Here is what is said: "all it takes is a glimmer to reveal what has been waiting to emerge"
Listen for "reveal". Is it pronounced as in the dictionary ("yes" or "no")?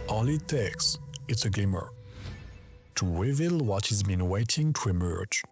no